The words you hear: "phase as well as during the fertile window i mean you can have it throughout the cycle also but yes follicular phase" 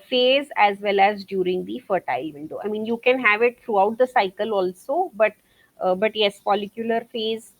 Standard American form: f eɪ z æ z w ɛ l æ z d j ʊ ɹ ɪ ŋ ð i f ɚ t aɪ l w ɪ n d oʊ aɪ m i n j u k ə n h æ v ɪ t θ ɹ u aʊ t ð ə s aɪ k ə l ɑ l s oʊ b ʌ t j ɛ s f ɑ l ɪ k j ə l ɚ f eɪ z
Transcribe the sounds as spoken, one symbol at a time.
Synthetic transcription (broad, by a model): f eɪ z æ z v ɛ l æ z d j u ɹ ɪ ŋ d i f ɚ t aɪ l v ɪ n d oʊ aɪ m i n j u k ə n h æ v ɪ t t ɹ u aʊ t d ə s aɪ k ə l ɑ l s oʊ b ʌ t j ɛ s p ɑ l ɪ k j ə l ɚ f eɪ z